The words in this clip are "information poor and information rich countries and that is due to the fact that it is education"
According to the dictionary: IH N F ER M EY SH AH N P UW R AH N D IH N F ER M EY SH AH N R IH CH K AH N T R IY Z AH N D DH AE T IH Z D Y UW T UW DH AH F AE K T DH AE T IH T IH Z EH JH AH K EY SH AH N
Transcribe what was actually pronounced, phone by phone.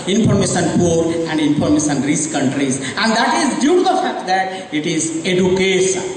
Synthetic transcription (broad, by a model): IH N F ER M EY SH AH N P UW R AH N D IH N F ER M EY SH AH N R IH S K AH N T R IY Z AH N D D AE T IH Z D Y UW T UW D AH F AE K T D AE T IH T IH Z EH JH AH K EY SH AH N